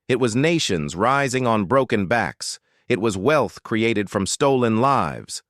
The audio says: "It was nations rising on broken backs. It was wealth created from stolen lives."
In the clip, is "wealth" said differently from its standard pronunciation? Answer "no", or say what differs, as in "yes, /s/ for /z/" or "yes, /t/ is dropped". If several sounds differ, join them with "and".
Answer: no